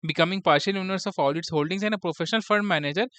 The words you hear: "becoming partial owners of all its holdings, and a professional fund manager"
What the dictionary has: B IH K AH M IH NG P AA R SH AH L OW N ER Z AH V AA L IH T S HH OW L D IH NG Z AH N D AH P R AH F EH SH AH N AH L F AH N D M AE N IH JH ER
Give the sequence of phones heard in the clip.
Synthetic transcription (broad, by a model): B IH K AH M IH NG P AA R SH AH L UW N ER S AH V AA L IH T S HH OW L D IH NG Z AH N D AH P R AH F EH SH AH N AH L F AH D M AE N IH JH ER